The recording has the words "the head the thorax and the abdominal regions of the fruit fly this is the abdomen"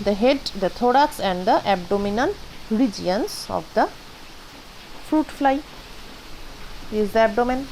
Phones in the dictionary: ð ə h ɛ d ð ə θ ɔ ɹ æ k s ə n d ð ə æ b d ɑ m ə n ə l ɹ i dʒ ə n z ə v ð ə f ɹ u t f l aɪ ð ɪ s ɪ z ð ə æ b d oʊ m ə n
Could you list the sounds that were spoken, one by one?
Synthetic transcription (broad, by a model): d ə h ɛ d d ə t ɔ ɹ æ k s ə n d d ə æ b d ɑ m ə n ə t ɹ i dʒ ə n s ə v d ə f ɹ u t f l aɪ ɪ ɪ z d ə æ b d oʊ m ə n